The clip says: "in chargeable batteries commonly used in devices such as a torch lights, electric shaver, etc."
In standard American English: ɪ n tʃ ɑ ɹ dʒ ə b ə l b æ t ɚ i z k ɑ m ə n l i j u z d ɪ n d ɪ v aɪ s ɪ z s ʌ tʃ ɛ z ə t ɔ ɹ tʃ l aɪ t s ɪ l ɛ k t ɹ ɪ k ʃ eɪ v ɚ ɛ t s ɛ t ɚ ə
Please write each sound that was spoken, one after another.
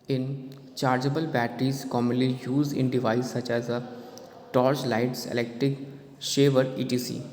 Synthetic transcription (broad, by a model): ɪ n tʃ ɑ ɹ dʒ ə b ə l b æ t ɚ i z k ɑ m ə n l i j u z d ɪ n d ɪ v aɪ ɪ s ʌ tʃ ɛ z ə t ɔ ɹ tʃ l aɪ t s ɪ l ɛ k t ɹ ɪ k ʃ eɪ v ɚ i t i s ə